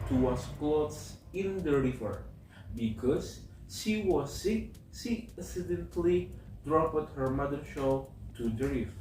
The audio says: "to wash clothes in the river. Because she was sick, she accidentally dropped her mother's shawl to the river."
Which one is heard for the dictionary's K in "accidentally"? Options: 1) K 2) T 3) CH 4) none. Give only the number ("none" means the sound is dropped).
4